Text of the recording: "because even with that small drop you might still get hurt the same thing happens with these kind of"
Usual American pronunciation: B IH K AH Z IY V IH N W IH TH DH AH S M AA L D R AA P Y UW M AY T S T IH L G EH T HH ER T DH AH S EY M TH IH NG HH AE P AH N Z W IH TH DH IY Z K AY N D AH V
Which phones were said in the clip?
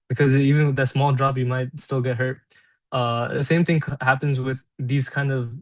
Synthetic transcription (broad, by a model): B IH K AH Z IY V IH N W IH DH AH S M AA L D R AA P Y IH M AY T S T IH L G EH T HH ER T DH AH S EY M TH IH NG HH AE P AH N Z W IH DH IY Z K AY N D AH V